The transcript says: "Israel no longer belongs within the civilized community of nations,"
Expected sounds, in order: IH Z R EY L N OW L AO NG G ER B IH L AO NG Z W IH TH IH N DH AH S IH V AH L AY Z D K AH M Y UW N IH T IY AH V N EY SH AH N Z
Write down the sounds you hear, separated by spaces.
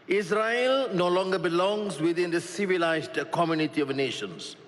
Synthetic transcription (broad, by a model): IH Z R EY L N OW L AO NG G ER B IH L AO NG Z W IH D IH N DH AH S IH V AH L AY Z D K AH M Y UW N IH T IY AH V N EY SH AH N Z